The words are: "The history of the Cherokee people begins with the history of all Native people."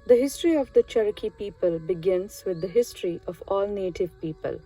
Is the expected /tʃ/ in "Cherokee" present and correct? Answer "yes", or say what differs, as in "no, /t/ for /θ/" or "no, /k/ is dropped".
yes